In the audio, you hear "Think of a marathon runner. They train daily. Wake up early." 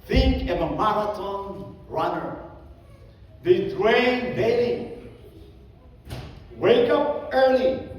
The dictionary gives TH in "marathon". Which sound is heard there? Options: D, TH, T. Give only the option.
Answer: T